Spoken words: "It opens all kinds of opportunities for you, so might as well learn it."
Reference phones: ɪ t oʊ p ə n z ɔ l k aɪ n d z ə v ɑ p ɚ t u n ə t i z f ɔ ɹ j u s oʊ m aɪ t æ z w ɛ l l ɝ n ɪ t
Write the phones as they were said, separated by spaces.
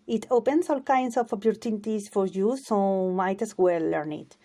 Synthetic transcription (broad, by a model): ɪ t oʊ p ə n s ɔ l k aɪ n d s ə f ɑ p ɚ t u n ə t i s f ɔ ɹ j u s oʊ m aɪ t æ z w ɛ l l ɝ n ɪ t